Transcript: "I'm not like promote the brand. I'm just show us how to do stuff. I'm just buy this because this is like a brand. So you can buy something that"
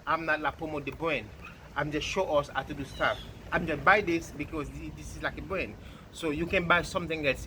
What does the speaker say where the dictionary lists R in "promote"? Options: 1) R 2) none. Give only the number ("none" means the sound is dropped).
2